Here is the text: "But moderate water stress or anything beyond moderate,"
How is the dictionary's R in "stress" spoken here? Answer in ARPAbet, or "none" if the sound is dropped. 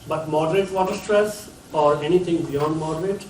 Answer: R